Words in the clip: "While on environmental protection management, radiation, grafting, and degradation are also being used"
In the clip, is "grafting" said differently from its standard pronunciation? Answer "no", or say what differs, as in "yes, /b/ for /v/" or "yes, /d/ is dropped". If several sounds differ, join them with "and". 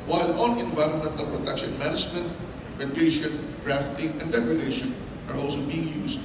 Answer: no